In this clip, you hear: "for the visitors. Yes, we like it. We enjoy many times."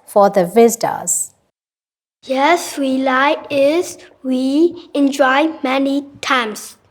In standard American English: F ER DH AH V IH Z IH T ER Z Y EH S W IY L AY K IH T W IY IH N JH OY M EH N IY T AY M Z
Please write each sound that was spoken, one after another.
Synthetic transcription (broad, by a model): F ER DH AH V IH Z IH T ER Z Y EH S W IY L AY IH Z W IY IH N JH OY M EH N IY T AY M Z